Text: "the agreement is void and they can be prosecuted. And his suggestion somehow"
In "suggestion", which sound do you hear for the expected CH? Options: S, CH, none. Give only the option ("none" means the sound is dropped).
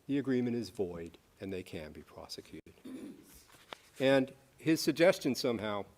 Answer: CH